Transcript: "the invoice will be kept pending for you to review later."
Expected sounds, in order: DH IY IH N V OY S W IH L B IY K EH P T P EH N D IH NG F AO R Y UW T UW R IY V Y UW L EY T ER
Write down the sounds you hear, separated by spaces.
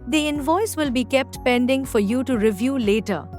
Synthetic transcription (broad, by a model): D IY IH N V OY S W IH L B IY K EH P T P EH N D IH NG F AO R Y UW T UW R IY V Y UW L EY T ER